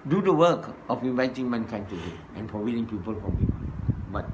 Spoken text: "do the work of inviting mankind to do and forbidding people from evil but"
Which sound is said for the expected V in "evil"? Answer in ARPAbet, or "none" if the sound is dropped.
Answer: P